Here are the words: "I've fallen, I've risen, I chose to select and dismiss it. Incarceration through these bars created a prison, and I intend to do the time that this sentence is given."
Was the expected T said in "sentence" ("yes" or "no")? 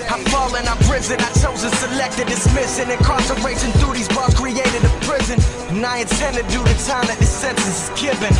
no